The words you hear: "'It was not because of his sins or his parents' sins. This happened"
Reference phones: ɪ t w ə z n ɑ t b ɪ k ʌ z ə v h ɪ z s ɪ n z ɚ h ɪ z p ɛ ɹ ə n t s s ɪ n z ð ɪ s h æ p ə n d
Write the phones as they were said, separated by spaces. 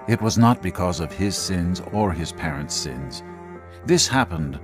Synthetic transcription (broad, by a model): ɪ t w ə z n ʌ t b ɪ k ʌ z ə v ɪ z s ɪ n z ɚ ɪ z p ɛ ɹ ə n t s s ɪ n z ð ɪ s h æ p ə n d